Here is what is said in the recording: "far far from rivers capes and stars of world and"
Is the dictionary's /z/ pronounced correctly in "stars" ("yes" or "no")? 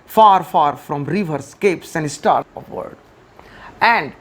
no